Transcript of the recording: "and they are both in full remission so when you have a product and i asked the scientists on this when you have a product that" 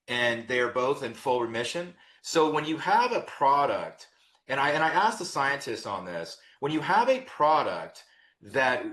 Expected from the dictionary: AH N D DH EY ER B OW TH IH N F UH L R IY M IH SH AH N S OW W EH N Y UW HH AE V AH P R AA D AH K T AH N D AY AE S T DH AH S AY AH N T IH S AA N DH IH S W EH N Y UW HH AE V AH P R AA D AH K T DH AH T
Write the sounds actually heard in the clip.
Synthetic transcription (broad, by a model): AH N DH EY ER B OW TH IH N F UH L R IY M IH SH AH N S OW W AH N Y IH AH V AH P R AA D AH K T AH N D AY AE S T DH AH S AY AH N T IH S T N DH IH S W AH N Y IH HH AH V AH P R AA D AH K T DH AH T